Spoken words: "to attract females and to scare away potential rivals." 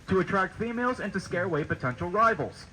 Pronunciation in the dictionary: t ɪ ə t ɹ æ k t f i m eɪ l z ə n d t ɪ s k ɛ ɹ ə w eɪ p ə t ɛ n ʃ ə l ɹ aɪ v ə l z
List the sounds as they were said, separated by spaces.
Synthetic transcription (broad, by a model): t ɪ ə t ɹ æ k t f i m eɪ l z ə n t ɪ s k ɛ ɹ ə w eɪ p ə t ɛ n ʃ l ɹ aɪ v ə l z